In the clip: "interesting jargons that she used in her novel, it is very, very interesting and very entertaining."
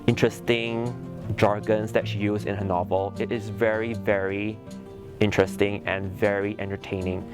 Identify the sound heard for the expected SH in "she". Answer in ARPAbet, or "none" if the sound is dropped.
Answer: SH